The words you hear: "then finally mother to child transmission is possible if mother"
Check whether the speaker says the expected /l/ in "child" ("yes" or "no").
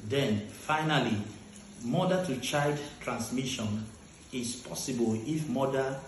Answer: no